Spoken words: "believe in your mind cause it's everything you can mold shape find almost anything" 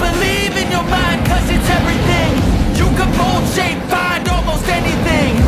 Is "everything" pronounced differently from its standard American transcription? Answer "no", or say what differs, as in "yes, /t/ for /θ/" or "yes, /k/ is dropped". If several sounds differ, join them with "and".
no